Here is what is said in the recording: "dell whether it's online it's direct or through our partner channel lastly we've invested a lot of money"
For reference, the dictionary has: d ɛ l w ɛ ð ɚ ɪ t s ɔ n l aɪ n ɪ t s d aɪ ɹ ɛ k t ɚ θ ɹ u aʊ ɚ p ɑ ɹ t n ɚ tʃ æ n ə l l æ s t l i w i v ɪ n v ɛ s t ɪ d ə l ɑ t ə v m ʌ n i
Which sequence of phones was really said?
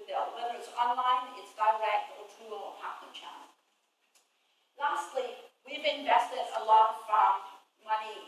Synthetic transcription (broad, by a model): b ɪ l w ɛ ð ɚ ɪ t s ɔ n l aɪ n ɪ t s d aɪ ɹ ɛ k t ɚ t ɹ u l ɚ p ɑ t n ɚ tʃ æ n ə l l æ s t l i w i v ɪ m v ɛ s t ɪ d ə l ɑ t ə f m ʌ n i